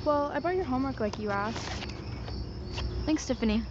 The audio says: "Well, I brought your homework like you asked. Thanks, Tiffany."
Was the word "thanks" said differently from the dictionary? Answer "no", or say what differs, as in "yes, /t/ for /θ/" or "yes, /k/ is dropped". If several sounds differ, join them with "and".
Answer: no